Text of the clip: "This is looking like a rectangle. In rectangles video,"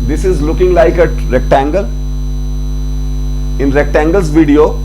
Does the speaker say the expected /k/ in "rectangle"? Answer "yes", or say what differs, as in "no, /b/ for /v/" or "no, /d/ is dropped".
yes